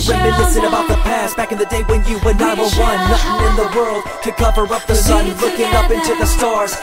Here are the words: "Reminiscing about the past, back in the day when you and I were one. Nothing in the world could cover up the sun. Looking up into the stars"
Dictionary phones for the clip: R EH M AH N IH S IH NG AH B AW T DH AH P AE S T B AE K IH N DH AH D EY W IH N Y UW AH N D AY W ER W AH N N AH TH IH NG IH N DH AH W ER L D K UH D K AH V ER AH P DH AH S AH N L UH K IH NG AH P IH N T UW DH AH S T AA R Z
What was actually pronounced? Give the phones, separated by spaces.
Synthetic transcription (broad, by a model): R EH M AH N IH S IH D AH B AW T DH AH P AE S B AE K IH N DH AH D EY W IH N Y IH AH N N AY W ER W AH N L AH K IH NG IH N DH AH W ER L D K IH K AH V ER AH P DH AH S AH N L UH K IH NG AH P IH N T UW DH AH S T AA R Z